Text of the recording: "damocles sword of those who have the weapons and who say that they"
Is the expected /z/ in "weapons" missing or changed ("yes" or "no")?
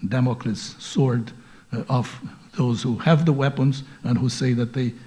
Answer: no